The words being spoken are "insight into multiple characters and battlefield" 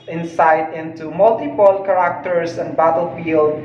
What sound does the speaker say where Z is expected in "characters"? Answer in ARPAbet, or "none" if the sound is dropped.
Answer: S